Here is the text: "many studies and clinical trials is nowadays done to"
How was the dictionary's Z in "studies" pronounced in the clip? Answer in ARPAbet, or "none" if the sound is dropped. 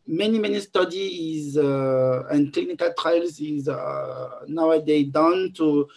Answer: Z